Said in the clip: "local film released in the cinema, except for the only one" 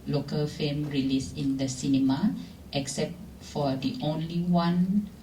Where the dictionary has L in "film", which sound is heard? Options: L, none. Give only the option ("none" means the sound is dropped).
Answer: none